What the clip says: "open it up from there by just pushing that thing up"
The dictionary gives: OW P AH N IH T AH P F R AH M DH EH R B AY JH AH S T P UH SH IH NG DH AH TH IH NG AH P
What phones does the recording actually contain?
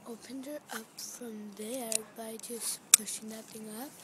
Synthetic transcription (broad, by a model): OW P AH N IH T AH P F R AH M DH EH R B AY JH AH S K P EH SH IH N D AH T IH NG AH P